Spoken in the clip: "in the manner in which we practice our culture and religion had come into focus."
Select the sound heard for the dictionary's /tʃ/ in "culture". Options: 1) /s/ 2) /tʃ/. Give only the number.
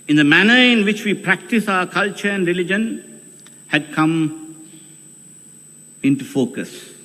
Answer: 2